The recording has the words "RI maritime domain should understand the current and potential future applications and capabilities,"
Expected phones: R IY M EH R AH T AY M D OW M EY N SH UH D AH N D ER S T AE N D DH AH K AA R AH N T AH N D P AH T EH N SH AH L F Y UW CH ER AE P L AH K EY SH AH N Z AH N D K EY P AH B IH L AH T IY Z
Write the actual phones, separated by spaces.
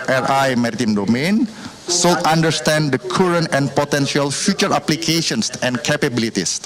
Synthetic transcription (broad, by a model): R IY M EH R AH T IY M D OW M EY N S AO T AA N D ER S T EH N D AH K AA R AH N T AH N P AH T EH N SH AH L F Y UW CH ER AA P L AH K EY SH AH N S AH N K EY P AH B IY L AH T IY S